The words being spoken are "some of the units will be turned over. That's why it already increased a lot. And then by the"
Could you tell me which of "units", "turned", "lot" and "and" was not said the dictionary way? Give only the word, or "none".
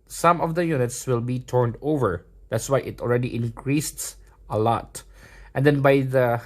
none